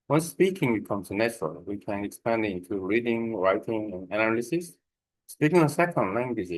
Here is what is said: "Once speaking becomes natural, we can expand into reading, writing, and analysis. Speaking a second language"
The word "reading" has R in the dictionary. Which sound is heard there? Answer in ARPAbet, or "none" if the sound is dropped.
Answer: R